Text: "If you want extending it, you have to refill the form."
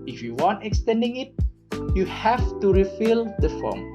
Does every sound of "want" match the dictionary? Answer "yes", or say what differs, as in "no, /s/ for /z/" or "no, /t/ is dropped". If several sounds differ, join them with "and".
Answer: yes